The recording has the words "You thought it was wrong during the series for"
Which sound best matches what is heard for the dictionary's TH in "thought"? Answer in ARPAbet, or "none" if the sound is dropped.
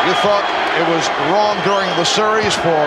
TH